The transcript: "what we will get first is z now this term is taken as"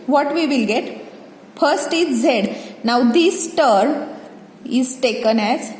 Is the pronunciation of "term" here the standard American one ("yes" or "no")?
no